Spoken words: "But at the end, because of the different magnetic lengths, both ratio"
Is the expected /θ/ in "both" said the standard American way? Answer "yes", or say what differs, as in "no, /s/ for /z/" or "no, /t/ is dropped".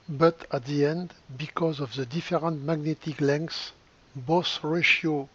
no, /s/ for /θ/